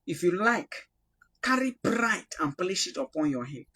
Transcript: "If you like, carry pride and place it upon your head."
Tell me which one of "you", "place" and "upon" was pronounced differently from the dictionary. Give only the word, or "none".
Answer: place